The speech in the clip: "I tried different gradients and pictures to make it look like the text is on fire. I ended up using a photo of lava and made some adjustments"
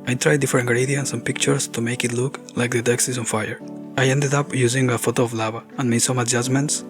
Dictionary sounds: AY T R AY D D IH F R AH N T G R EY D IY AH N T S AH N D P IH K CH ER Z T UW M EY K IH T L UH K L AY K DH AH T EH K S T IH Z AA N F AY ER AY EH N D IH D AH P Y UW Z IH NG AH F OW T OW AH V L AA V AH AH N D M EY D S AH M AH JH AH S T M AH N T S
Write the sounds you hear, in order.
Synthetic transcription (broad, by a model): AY T R AY D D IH F AH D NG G R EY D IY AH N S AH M P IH K CH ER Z T UW M EY K IH T L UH K L AY K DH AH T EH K S IH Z AA N F AY ER AY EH N D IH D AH P Y UW Z IH NG AH F OW T OW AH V L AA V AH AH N M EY S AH M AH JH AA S M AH N T S